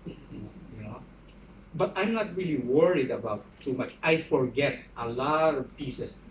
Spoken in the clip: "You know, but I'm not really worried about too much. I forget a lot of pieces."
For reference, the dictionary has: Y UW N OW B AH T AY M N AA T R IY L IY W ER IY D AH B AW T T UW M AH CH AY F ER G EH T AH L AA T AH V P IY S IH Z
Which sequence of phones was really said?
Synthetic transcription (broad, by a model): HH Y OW B AH T AY M N AA T R IY L IY W ER IY D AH B AW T T UW M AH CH AY F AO G EH T AH L AA T AH V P IY S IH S